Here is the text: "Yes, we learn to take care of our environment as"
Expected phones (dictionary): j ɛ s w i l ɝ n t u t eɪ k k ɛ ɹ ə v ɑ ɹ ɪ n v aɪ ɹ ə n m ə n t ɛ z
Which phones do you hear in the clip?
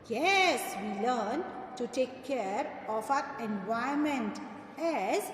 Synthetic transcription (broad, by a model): j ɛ s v i l ɝ n t u t eɪ k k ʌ ɹ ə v ɑ ɹ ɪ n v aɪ ə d m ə n t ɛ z